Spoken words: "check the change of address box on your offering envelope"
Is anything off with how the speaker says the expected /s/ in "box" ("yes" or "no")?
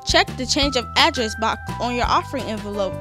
yes